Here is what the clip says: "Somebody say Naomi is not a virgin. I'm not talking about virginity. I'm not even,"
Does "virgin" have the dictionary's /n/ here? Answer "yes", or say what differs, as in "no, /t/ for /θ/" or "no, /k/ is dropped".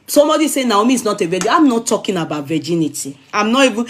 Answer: no, /n/ is dropped